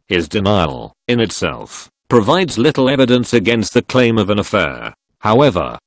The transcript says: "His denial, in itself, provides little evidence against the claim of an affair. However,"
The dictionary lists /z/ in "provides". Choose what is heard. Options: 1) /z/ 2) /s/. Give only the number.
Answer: 1